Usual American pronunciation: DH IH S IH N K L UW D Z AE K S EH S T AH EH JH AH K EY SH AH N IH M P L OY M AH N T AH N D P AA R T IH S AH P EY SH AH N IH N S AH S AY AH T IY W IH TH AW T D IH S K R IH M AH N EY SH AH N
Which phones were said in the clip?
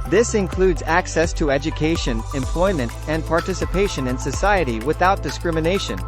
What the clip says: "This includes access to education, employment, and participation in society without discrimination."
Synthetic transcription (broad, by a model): DH IH S IH N K L UW D Z AE K S EH S T AH EH JH AH K EY SH AH N IH M P L OY M AH N T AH N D P AA R T IH S AH P EY SH AH N IH N S AH S AY AH T IY W IH TH AW T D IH S K R IH M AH N EY SH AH N